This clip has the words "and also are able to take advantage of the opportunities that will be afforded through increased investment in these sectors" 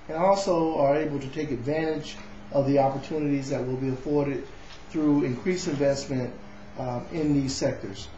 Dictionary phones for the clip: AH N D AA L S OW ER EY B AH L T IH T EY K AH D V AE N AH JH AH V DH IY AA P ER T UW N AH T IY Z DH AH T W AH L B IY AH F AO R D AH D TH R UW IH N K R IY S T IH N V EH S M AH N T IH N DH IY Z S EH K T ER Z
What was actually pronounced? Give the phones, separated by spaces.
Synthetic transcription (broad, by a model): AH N AA L S OW ER EY B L T IH T EY K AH D V AE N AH JH AH V DH IY AA P ER T UW N AH T IY Z DH AH T W AH L B IY AH F AO R D AH D TH R UW IH N K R IY S IH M V EH S M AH N T IH N DH IY Z S EH K T ER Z